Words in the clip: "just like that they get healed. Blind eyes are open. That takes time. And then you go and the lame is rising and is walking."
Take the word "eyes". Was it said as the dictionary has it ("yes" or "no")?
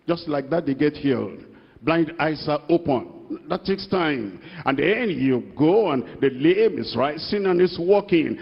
no